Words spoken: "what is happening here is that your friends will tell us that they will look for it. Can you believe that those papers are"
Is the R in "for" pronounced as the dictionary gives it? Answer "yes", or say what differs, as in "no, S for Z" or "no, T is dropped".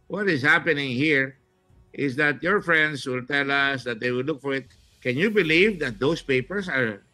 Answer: yes